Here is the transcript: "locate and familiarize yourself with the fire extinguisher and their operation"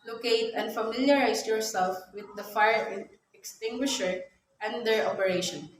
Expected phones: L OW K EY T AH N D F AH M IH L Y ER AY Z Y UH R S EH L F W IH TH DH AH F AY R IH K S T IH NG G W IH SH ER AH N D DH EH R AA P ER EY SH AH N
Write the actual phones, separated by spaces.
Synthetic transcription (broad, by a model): L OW K EY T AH N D F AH M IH L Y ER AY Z Y UH R S EH L F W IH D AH F AY R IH K S T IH NG G W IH SH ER AH N D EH R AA P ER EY SH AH N